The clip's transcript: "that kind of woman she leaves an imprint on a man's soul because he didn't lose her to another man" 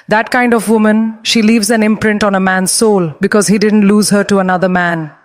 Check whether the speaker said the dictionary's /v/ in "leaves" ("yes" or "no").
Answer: yes